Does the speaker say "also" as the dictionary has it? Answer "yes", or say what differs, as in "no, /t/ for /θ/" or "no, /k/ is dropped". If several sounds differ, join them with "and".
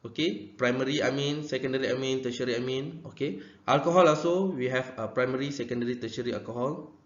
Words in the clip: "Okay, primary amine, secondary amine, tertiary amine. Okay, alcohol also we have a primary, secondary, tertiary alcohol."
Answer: no, /l/ is dropped